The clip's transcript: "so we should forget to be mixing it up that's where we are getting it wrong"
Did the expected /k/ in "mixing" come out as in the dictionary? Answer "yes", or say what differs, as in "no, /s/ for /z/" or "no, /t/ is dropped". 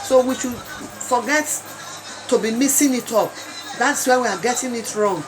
no, /k/ is dropped